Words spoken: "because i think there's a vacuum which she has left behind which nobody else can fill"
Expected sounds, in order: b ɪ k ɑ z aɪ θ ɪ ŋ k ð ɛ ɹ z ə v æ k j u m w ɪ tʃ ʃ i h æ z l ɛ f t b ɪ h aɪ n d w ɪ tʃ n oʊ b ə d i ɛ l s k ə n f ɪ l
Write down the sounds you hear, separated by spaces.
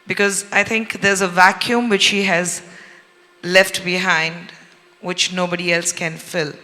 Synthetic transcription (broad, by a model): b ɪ k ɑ z aɪ t ɪ ŋ k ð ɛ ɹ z ə v æ k j u m w ɪ tʃ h i h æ z l ɛ f t b ɪ h aɪ n d w ɪ tʃ n oʊ b ə d i ɛ l s k ə n f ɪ l